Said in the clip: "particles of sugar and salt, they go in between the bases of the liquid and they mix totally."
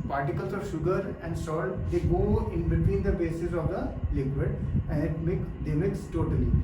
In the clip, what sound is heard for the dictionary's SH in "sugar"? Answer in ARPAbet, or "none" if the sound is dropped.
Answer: SH